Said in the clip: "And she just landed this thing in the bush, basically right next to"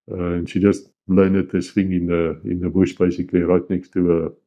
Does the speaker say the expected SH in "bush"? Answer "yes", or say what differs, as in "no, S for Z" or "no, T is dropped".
yes